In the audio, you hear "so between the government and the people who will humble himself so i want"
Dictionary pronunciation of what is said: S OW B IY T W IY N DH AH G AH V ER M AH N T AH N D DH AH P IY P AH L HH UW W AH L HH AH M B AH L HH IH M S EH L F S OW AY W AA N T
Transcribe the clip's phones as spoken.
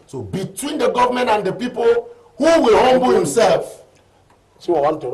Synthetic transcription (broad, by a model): S OW B IY T W IY N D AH G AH V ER M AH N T AH N D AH P IY P AH L HH UW W AH L HH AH M B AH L HH IH M S EH L F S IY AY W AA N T